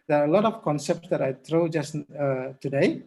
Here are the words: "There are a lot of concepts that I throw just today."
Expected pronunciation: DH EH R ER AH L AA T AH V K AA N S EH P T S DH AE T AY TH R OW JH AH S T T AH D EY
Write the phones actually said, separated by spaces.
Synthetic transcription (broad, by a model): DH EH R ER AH L AA T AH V K AA N S EH P T S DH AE T AY T R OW JH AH S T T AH D EY